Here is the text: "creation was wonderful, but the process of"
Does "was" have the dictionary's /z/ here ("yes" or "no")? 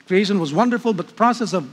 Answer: yes